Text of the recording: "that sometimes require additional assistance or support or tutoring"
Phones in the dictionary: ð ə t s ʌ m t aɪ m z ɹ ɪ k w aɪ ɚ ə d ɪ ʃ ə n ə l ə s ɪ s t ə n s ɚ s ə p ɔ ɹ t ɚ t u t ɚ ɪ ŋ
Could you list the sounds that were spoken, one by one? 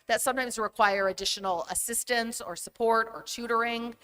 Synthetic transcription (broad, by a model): ð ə t s ʌ m t aɪ m z ɹ ɪ k w aɪ ɚ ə d ɪ ʃ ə n l ə s ɪ s t ə n s ɚ s ə p ɔ ɹ t ɚ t u t ɚ ɪ ŋ